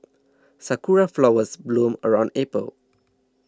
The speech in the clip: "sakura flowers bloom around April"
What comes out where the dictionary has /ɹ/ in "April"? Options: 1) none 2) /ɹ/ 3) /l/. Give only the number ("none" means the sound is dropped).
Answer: 1